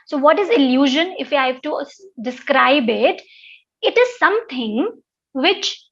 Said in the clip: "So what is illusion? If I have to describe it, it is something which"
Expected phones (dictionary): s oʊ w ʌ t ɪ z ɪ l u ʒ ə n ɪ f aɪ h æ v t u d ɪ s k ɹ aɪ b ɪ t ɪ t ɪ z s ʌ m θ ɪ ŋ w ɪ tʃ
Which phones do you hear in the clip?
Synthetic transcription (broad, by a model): s oʊ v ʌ t ɪ z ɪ l u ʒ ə n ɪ f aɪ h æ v t u d ɪ s k ɹ aɪ b ɪ t ɪ t ɪ z s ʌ m t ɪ ŋ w ɪ tʃ